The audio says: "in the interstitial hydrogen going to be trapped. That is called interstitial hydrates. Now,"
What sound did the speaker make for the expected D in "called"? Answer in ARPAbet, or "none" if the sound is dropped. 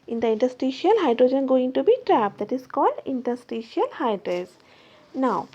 D